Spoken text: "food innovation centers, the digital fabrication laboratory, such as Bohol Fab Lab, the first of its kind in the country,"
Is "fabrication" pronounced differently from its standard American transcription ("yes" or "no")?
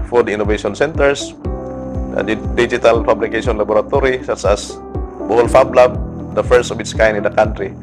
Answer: yes